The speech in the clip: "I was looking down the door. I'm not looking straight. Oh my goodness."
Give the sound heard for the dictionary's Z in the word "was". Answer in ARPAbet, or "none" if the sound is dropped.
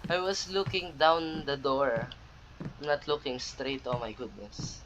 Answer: S